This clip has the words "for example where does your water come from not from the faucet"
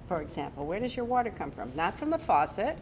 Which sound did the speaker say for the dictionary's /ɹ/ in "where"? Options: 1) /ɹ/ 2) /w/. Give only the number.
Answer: 1